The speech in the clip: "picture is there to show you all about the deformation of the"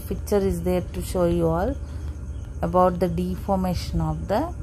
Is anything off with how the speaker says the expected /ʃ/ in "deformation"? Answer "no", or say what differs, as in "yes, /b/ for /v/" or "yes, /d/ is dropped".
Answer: no